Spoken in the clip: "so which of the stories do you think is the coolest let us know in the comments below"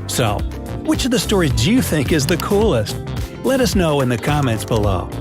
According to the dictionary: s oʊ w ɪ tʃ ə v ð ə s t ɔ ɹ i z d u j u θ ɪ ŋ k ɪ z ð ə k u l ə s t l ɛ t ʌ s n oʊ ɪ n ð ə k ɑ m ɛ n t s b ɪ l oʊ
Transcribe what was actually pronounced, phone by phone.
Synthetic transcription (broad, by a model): s oʊ w ɪ tʃ ə v ð ə s t ɔ ɹ i z d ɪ j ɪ θ ɪ ŋ k ɪ z ð ə k u l ə s t l ɛ t ʌ s n oʊ ɪ n ð ə k ɑ m ɛ n t s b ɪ l oʊ